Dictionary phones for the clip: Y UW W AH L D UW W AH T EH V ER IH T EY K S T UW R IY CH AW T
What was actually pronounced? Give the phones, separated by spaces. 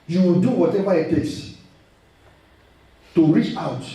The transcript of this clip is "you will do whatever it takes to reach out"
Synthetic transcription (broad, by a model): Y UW D UW W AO T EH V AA IH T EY S T UW R IY CH AW T